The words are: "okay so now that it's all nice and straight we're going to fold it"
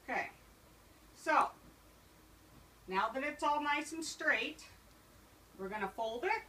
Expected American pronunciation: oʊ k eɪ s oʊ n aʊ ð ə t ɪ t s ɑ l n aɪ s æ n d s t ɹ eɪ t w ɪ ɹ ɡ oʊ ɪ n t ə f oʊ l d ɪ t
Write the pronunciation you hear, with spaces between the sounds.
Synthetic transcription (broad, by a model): k eɪ s oʊ n aʊ ð ə t ɪ t s ɑ l n aɪ s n s t ɹ eɪ t w ɪ ɹ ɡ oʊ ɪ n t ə f oʊ l d ɪ t